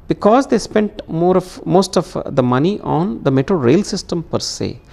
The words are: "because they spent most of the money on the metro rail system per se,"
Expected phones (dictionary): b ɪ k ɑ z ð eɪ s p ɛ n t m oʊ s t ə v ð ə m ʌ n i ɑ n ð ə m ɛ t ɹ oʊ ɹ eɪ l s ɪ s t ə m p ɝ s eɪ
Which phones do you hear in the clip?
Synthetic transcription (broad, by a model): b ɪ k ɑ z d eɪ s p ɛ n t m oʊ s t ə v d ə m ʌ n i ɑ n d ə m ɛ t ɹ oʊ ɹ eɪ l s ɪ s t ə m p ɝ s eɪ